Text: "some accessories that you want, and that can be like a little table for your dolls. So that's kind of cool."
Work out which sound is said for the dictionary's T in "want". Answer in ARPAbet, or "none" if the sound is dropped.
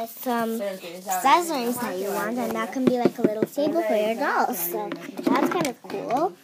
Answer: T